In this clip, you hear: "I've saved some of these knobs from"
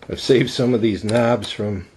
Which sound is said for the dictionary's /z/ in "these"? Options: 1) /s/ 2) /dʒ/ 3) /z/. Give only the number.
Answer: 3